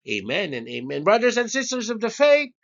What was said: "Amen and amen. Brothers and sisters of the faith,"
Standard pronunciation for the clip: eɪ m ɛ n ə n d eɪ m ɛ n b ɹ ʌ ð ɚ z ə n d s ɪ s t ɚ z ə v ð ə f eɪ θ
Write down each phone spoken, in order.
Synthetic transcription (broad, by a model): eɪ m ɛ n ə n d eɪ m ɛ n b ɹ ʌ ð ɚ z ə n s ɪ s t ɚ z ə v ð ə f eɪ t